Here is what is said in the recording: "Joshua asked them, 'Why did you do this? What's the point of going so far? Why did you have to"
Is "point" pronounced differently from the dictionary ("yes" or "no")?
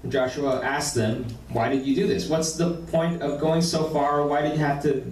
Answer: no